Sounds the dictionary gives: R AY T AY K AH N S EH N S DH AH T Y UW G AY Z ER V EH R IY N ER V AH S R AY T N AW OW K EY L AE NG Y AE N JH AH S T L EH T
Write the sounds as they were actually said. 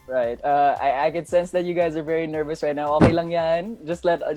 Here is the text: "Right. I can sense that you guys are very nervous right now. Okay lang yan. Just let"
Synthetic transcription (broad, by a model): R AY T AY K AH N S EH N S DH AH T Y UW G AY Z ER V EH R IY N ER V AH S R AY T N AW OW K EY L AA NG Y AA N JH AH S T L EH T